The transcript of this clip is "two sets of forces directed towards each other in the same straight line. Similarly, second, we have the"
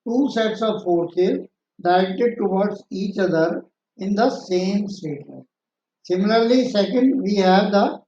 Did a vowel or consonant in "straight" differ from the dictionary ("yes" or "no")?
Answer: yes